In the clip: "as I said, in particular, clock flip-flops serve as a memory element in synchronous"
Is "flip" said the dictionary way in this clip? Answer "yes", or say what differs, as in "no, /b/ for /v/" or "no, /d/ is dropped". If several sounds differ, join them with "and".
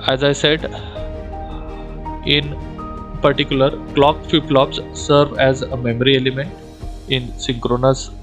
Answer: no, /l/ is dropped